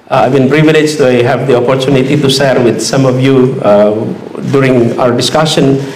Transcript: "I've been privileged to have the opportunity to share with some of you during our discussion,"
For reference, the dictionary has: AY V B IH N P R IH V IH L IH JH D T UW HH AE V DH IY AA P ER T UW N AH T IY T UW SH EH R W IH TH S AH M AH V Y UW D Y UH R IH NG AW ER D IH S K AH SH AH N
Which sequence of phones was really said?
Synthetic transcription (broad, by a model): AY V B IH N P R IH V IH L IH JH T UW HH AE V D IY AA P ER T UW N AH T IY T UW S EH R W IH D S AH M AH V Y UW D Y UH R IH NG AW ER D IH S K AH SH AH N